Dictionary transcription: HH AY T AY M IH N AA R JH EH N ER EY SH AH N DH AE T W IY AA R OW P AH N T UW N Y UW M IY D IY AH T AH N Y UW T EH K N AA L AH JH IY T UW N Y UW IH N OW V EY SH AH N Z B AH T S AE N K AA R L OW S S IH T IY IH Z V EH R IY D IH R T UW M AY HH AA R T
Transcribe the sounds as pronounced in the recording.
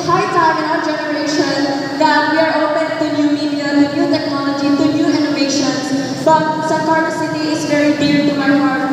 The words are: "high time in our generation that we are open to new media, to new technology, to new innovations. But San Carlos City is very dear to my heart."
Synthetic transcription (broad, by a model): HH AY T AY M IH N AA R JH EH N ER EY SH AH N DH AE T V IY AA R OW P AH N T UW N Y UW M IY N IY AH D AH N Y UW T EH K N AA L AH JH IY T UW N Y UW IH N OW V EY SH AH N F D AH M S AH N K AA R OW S S IH T IY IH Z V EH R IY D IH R T UW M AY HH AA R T